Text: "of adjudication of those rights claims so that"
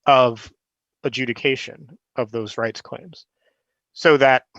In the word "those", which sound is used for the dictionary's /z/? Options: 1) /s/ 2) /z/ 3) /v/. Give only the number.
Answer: 2